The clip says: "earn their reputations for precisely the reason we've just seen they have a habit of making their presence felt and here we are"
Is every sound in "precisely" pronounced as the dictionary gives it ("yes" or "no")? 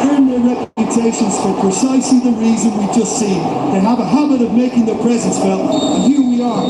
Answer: yes